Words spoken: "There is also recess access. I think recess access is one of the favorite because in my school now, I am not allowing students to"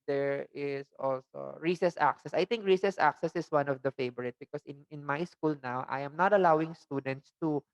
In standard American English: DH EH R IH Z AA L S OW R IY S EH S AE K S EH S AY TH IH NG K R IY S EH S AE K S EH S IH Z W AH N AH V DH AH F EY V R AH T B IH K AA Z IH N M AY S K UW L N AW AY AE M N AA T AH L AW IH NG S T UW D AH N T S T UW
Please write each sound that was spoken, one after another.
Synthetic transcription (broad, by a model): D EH R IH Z AA L S OW R IY S EH S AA K S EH S AY T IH NG K R IY S EH S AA K S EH S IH S W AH N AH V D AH F EY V R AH T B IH K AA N IH N M AY S K UW L N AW AY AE M N AA T AH L AW IH NG S T UW D AH N T S T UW